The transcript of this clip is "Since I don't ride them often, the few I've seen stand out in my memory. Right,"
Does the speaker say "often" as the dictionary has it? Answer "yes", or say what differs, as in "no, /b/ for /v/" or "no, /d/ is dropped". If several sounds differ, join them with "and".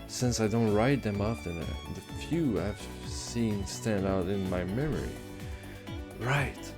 no, /p/ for /f/